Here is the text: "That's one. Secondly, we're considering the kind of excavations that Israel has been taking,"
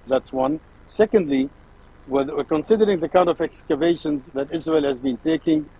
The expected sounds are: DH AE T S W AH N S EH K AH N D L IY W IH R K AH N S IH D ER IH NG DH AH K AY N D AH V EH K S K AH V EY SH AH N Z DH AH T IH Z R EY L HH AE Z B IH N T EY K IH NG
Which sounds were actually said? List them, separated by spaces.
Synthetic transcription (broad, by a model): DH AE T S W AH N S EH K AH N D L IY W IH W K AH N S IH D ER IH NG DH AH K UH N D AH V EH K S K AH V EY SH AH N Z DH AH T IH Z R EY L HH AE Z B IH N T EY K IH NG